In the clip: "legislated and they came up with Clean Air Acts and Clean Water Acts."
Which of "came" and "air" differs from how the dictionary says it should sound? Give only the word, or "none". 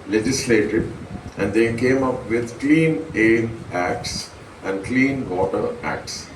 air